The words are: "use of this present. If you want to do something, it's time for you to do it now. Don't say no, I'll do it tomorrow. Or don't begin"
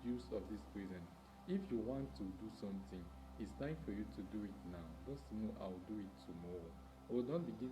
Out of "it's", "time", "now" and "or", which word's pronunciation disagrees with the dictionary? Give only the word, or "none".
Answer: or